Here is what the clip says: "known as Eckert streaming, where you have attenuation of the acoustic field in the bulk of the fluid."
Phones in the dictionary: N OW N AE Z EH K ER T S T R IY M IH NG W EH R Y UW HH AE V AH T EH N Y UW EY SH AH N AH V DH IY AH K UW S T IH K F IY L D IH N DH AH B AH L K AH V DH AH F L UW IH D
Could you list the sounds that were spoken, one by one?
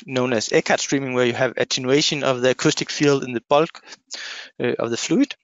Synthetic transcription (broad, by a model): N OW N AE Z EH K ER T S T R IY M IH NG W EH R Y UW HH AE V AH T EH N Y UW EY SH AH N AH V DH IY AH K UW S T IH K F IY L D IH N DH AH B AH L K AH V DH AH F L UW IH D